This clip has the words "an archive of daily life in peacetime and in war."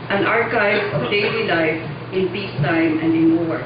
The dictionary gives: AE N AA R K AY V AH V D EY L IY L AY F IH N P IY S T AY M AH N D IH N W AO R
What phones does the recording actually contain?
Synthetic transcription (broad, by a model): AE N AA R K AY AH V D EY L IY L AY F IH N P IY S T AY M AH N D IH N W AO R